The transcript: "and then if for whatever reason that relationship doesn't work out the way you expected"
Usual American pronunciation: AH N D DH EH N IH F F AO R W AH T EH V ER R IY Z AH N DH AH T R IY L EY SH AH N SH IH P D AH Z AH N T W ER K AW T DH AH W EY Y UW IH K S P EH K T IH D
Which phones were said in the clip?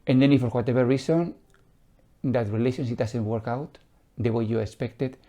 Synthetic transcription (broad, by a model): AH N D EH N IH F F AO R W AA T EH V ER R IY S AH N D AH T R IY L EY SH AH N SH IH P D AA S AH N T W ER K AW T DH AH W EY Y UW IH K S P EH K T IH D